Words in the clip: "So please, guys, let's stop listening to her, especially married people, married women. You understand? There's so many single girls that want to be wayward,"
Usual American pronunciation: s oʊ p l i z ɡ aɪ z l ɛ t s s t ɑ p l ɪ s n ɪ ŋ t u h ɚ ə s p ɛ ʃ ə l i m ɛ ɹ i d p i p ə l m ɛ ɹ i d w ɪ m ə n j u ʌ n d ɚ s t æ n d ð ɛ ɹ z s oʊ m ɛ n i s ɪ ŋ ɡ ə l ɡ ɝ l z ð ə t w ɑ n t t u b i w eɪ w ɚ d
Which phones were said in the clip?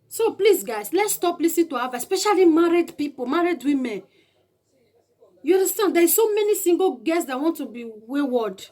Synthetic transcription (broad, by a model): s oʊ p l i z ɡ aɪ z l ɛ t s s t ɑ p l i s ɪ t u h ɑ ə s p ɛ ʃ ə l i m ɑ ɹ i d p i p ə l m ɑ ɹ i d w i m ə n j u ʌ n d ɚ s t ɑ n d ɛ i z s oʊ m ɛ n i s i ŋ ɡ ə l ɡ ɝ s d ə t w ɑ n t t u b i w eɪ w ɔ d